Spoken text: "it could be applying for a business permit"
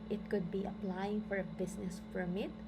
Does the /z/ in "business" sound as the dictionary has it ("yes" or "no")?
no